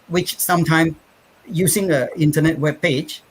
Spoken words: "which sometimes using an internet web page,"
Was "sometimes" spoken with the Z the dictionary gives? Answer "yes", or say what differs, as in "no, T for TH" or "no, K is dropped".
no, Z is dropped